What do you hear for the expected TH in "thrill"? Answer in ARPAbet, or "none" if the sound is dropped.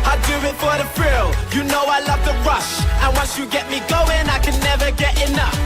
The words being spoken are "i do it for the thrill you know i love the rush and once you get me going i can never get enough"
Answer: F